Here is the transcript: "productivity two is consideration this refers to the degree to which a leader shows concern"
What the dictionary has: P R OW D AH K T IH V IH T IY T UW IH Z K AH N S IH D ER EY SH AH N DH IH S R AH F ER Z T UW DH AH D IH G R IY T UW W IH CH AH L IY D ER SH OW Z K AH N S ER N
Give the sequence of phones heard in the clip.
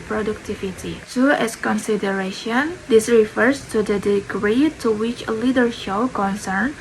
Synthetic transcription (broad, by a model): P R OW D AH K T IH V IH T IY S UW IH S K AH N S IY D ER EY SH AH N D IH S R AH F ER S T UW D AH D IH G R IY T UW W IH CH AH L IY D ER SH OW K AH N S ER N